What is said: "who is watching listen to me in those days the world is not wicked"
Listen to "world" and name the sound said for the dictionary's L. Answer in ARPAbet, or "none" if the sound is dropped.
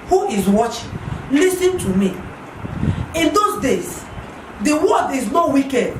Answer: none